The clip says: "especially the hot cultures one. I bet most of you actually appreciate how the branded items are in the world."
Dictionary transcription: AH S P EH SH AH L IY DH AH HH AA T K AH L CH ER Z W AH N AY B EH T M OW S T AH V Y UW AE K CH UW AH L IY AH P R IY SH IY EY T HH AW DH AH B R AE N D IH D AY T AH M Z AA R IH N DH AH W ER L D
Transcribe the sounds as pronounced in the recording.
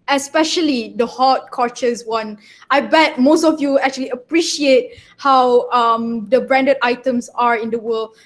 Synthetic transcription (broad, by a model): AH S P EH SH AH L IY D AH HH AA T K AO CH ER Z W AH N AY B EH T M OW S T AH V Y UW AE K CH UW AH L IY AH P R IY SH IY EY T HH AW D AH B R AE N D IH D AY T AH M S AA R IH N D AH W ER L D